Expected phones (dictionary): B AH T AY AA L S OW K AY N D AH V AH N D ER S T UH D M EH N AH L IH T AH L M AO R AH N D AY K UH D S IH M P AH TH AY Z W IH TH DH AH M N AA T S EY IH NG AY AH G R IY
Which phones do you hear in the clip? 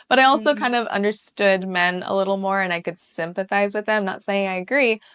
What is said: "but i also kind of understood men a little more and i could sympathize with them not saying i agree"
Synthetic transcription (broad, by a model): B AH T AY AA L S OW K AY N D AH V AH N D ER S T UH D M EH N AH L IH T L M AO R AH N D AY K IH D S IH M P AH TH AY Z W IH DH AH M N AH T S EY IH NG AY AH G R IY